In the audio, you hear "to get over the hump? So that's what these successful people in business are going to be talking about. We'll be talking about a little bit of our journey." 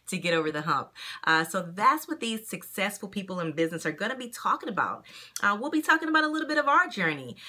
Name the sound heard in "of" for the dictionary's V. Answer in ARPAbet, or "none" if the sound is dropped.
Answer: V